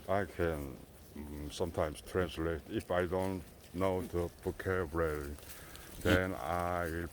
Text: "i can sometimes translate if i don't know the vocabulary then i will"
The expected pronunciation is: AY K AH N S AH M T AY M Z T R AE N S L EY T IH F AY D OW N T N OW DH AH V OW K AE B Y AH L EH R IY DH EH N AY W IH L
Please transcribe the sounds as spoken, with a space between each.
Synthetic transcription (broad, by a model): AY K AH N S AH M T AY M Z T R AE N S L EY T IH F AY D OW N T N OW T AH P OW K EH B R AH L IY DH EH N AY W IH L